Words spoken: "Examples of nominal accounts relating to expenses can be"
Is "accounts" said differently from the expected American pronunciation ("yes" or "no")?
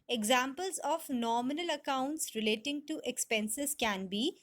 no